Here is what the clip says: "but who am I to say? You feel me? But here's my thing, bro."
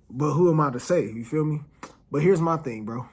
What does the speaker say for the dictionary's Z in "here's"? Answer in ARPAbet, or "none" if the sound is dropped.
Z